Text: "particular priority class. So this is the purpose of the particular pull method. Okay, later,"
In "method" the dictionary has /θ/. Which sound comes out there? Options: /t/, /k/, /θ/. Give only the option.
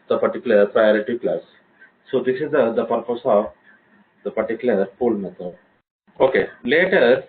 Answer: /t/